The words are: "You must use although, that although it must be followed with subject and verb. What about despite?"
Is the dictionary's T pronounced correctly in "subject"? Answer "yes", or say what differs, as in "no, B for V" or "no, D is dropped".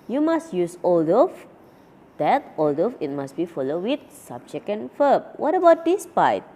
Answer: no, T is dropped